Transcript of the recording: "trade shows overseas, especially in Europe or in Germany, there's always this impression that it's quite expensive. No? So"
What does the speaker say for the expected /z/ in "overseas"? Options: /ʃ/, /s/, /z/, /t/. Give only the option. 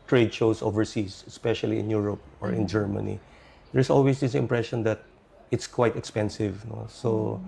/s/